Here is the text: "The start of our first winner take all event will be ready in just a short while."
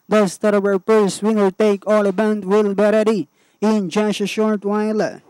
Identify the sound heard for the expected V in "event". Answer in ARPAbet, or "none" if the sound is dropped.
B